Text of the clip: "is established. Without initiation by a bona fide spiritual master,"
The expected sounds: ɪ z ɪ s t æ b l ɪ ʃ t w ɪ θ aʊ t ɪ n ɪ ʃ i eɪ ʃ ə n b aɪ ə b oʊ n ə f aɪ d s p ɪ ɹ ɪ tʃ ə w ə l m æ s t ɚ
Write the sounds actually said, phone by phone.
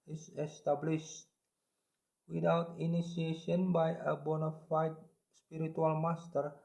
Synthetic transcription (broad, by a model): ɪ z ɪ s t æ b l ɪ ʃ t w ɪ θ aʊ t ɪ n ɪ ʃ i eɪ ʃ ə n b aɪ ə b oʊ n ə f aɪ d s p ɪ ɹ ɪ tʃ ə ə l m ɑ s t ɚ